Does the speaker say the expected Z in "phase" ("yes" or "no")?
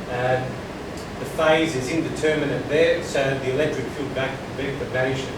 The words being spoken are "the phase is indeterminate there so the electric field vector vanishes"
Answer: yes